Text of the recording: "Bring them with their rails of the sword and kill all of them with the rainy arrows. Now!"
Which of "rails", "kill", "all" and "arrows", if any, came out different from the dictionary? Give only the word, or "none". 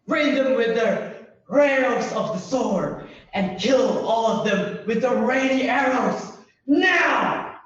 rails